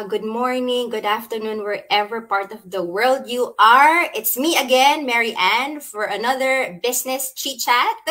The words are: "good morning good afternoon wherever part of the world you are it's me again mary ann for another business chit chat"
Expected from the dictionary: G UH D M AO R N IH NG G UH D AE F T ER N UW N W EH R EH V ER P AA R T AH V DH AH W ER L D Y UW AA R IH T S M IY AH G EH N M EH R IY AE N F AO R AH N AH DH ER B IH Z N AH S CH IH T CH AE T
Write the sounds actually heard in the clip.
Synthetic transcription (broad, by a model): G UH D M AO R N IH NG G UH D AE F T ER N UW N W EH R EH V ER P AA R T AH V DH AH W ER L D Y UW AA R IH T S M IY AH G EH N M EH R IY AE N F AO R AH N AH DH ER B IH S N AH S CH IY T CH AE T